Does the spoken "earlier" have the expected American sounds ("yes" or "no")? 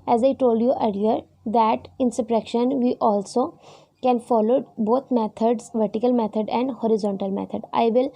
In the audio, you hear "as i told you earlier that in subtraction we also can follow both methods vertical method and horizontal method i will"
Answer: no